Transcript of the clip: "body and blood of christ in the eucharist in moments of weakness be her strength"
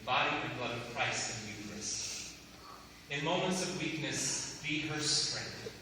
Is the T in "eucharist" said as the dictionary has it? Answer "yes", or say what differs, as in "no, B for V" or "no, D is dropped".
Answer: no, T is dropped